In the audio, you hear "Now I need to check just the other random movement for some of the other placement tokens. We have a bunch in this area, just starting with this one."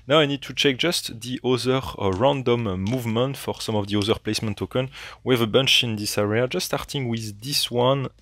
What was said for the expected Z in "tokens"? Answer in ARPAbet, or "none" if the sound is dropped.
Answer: none